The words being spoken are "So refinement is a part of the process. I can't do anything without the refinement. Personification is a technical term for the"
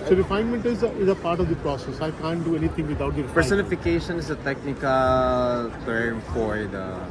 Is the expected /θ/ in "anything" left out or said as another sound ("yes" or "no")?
yes